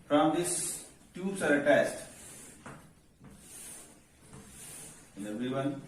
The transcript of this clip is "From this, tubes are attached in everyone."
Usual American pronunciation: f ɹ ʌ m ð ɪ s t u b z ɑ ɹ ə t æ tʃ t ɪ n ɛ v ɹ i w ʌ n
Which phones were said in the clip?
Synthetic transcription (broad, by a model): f ɹ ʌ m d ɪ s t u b s ɑ ɹ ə t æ s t ɪ n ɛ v ɹ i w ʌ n